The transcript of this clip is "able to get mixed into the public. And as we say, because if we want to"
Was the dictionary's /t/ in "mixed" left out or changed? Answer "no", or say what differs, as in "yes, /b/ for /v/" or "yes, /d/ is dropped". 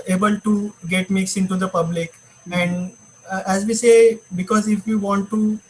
yes, /t/ is dropped